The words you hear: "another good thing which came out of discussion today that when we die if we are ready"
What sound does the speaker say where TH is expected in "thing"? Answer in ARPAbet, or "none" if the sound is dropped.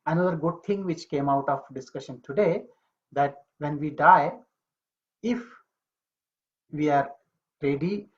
T